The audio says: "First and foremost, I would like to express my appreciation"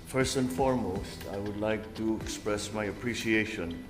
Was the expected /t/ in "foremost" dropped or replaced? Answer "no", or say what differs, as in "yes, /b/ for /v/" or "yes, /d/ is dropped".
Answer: no